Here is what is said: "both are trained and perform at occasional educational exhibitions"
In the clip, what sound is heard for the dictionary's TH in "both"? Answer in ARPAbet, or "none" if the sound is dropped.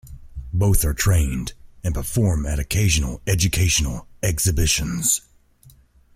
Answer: TH